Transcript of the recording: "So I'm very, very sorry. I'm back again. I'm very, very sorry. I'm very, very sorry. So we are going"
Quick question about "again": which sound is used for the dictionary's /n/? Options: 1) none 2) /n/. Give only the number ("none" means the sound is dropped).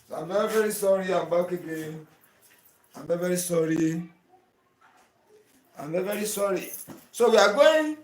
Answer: 1